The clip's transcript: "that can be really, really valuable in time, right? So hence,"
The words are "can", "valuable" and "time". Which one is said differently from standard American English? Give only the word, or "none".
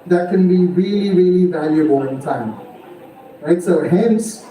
none